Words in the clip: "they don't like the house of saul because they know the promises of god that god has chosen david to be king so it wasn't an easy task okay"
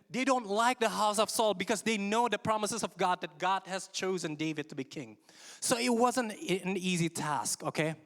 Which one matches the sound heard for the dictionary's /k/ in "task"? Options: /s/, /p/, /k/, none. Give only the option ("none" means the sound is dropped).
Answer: /k/